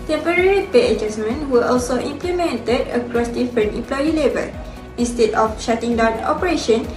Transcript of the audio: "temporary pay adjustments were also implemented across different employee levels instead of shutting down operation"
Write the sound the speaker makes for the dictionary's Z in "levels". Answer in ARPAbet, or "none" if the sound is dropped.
none